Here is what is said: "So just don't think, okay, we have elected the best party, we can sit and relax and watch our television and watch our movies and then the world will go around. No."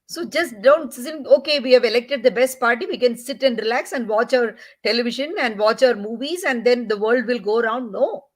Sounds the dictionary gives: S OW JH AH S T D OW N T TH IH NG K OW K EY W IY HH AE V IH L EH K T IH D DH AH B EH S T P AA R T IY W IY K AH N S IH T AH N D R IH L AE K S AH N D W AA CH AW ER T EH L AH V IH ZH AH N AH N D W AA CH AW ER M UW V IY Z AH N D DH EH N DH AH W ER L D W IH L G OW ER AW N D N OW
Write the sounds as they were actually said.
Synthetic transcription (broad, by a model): S OW JH AH S T D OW N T S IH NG OW K EY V IY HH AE V IH L EH K T IH D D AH B EH S T P AA R T IY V IY K AH N S IH T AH N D R IH L AE K S AH N D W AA CH AW ER T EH L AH V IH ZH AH N AH N D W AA CH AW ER M UW V IY Z AH N D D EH N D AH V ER L D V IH L G OW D AW N D N OW